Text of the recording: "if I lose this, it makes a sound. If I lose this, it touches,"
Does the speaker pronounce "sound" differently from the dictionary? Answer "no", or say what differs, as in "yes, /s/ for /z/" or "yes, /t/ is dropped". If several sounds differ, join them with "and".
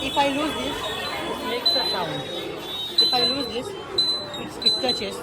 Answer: yes, /d/ is dropped